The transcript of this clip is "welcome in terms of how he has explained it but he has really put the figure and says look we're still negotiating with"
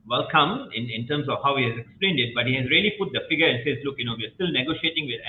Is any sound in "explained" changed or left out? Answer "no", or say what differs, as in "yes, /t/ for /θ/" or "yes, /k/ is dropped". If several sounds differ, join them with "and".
no